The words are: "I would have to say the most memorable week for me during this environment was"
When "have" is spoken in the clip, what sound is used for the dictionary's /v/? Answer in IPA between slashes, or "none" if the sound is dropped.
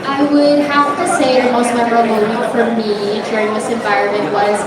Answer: /f/